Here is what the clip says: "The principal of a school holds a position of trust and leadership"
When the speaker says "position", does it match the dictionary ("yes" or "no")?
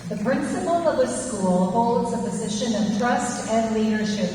yes